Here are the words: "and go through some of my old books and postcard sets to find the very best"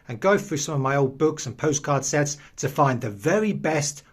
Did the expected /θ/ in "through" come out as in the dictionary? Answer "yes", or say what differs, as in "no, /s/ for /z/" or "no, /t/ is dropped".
yes